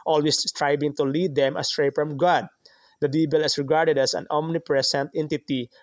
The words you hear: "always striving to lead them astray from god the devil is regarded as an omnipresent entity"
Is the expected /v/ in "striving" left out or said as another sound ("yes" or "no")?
yes